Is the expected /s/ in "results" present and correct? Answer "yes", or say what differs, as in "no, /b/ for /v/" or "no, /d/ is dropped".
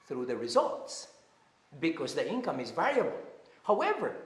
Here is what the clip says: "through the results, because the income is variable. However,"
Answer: yes